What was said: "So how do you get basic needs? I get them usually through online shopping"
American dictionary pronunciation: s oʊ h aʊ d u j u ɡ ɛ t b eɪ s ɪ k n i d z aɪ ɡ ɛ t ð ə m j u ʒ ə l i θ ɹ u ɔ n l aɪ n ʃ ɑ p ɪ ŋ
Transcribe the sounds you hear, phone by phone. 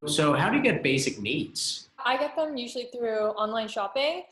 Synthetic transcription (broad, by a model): s oʊ h aʊ d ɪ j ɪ ɡ ɛ t b eɪ s ɪ k n i d z aɪ ɡ ɛ t ð ə m j u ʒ l i θ ɹ u ɔ n l aɪ n ʃ ɑ p ɪ ŋ